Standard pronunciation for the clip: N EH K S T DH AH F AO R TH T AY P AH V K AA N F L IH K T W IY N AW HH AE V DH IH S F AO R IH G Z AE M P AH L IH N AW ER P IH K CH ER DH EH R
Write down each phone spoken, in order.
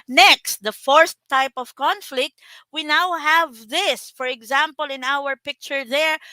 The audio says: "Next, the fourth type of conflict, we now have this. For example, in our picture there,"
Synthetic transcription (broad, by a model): N EH K S T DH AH F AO R S T AY P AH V K AA N F L IH K T W IY N AW HH AE V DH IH S F AO R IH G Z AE M P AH L IH N AW ER P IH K CH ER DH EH R